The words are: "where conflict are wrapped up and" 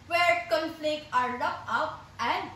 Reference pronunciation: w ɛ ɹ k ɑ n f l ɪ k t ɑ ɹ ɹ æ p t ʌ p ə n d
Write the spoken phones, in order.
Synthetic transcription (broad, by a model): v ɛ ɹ k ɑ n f l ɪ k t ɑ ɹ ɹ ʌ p ʌ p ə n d